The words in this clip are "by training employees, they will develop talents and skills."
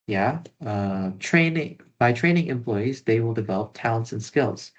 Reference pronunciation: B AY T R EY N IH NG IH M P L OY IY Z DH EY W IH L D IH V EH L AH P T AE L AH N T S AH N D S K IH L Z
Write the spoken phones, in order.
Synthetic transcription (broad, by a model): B AY T R EY N IH NG IH M P L OY IY Z DH EY W IH L D IH V EH L AH P T AE L AH N T S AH N S K IH L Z